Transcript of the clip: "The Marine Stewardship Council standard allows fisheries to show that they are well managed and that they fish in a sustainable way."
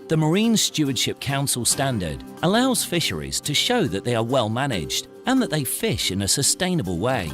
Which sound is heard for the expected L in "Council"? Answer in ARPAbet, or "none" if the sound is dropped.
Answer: L